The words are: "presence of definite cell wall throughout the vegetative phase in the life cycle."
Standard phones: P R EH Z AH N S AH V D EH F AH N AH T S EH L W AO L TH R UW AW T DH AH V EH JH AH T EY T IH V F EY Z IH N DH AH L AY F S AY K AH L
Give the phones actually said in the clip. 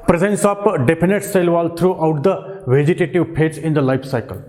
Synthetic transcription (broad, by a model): P R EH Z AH N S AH P D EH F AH N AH T S EH L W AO L T R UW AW T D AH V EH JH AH T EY T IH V P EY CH IH N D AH L AY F S AY K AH L